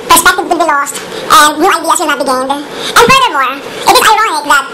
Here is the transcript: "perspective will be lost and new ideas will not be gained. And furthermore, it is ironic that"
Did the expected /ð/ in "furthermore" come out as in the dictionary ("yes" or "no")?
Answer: no